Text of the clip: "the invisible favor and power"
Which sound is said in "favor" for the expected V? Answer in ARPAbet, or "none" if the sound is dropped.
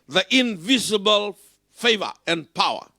V